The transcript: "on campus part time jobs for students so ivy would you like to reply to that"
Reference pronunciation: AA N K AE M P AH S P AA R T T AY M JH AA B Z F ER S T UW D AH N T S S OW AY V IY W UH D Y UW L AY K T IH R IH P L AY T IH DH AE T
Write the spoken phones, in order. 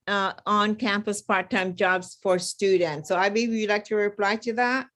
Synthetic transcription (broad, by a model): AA N K AE M P AH S P AA R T T AY M JH AA B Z F ER S T UW D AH N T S S OW AY B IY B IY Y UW L AY K T IH R IH P L AY T IH DH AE T